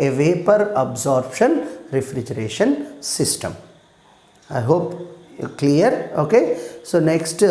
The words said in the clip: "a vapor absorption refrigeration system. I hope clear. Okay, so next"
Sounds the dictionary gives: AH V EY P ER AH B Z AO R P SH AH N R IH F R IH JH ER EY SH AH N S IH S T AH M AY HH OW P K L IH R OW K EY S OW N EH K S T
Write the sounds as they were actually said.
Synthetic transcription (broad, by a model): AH V EY P ER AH B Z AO R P SH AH N R IH F R IH JH ER EY SH AH N S IH S T AH M AY HH OW P K L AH R OW K EY S OW N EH K S T